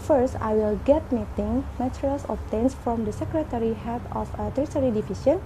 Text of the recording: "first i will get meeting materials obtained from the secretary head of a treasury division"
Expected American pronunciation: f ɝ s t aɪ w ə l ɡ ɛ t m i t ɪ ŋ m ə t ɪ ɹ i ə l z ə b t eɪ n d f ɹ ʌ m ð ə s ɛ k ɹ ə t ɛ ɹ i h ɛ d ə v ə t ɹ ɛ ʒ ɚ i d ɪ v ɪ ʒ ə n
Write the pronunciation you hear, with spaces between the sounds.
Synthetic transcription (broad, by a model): f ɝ s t aɪ w ə l ɡ ɛ t m i t ɪ ŋ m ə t ɹ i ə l s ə t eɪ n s f ɹ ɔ m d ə s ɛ k ɹ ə t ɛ ɹ i h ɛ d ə f ə t ɹ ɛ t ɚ i d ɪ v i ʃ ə n